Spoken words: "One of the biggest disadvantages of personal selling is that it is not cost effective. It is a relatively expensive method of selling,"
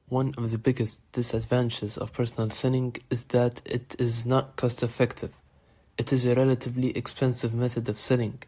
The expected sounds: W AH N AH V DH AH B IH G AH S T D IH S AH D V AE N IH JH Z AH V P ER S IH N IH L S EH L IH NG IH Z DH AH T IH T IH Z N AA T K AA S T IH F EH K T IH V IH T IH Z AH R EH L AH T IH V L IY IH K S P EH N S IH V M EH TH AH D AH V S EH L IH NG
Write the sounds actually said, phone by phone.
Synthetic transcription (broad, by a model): W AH N AH V DH AH B IH G AH S T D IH S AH D V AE N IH Z AH V P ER S N L S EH N IH NG IH Z DH AH T IH T IH Z N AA T K AA S T IH F EH K T IH V IH T IH Z AH R EH L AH T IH V L IY IH K S P EH N S IH V M EH TH AH D AH V S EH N IH NG